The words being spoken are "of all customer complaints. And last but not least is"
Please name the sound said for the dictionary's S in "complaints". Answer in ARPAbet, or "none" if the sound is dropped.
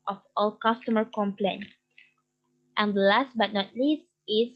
none